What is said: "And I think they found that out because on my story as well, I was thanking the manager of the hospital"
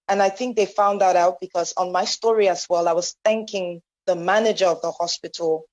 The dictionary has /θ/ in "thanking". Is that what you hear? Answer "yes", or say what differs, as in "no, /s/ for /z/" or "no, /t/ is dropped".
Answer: yes